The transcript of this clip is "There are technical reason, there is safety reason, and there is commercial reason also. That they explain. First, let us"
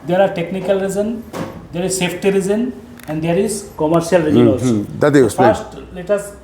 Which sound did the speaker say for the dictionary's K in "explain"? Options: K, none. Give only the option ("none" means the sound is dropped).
none